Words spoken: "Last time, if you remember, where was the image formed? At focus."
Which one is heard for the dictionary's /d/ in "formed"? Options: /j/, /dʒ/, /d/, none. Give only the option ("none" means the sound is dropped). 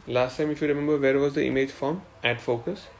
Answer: none